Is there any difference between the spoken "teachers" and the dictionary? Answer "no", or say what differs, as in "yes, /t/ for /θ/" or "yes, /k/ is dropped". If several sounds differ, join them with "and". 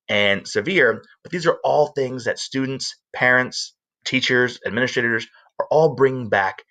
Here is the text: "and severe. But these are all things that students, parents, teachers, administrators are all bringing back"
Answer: no